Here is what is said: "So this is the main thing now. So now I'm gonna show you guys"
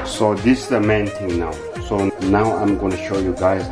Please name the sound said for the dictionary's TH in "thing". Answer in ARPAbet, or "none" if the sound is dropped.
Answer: T